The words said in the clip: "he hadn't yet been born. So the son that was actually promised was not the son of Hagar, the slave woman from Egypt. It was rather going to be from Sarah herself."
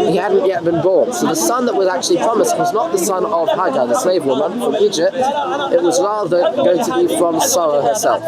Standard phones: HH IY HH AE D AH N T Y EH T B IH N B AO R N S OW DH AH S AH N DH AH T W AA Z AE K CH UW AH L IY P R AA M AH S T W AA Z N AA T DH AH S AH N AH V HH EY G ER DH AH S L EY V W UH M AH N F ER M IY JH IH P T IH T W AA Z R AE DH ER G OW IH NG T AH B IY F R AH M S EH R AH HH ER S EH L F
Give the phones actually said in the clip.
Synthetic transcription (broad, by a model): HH IY HH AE D N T Y EH T B IH N B AO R N S OW DH AH S AH N DH AH T W AA Z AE K CH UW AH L IY P R AA M AH S T W AA Z N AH T DH AH S AH N AH V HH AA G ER DH AH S N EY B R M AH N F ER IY JH IH P T IH T W AA Z R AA DH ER G OW IH NG T AH B IY F R AH M S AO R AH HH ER S EH L F